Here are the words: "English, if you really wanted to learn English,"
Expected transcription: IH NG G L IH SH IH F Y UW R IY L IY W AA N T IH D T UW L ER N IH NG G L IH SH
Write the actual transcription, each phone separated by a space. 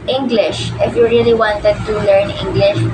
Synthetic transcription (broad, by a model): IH NG G L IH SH IH F Y UW R IY L IY W AA N T IH D T UW L ER N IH NG G L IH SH